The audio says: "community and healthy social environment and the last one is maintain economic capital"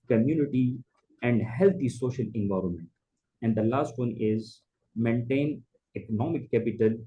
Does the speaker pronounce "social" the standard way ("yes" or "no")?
yes